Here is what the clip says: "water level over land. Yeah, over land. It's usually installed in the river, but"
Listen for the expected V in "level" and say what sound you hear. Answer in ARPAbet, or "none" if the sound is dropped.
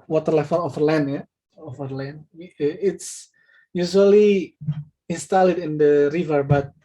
F